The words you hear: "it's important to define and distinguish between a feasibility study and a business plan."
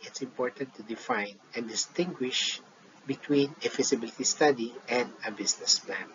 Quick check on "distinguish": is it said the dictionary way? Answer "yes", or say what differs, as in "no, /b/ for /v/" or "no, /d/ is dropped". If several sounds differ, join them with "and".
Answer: yes